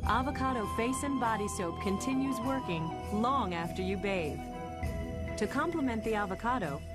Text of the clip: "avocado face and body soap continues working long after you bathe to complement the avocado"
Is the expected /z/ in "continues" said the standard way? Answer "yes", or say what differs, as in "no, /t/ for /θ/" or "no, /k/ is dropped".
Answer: yes